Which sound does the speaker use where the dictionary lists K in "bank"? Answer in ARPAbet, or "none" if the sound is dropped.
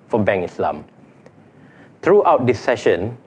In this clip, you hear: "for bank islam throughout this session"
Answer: none